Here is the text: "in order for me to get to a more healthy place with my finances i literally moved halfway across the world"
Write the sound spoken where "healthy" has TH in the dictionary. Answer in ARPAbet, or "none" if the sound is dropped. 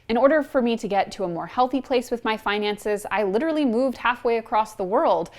TH